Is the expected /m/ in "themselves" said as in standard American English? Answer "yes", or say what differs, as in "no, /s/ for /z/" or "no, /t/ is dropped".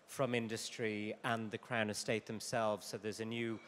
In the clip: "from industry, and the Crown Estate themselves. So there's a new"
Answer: yes